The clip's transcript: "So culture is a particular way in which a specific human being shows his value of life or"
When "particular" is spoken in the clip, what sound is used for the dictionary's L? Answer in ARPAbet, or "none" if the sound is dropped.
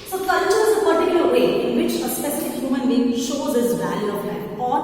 none